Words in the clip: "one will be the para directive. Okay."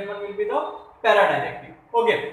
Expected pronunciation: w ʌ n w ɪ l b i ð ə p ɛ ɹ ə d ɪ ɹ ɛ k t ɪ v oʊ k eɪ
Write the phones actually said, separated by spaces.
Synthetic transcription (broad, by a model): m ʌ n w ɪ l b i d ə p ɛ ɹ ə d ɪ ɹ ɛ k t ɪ oʊ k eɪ